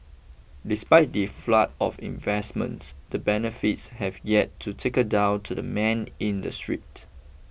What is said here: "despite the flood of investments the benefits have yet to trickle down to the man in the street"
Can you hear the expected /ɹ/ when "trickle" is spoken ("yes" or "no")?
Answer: no